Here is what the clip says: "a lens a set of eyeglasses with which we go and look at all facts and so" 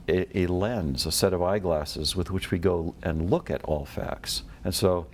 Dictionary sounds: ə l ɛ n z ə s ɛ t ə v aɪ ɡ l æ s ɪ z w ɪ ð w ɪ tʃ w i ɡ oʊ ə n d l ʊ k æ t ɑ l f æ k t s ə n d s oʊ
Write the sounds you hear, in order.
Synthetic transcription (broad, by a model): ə l ɛ n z ə s ɛ t ə v aɪ ɡ l æ s ɪ z w ɪ ð w ɪ tʃ w i ɡ oʊ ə n l ʊ k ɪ t ɑ l f æ k t s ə n s oʊ